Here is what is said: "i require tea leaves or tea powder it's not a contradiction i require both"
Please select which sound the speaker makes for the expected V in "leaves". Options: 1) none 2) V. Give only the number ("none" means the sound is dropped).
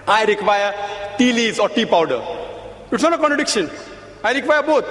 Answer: 1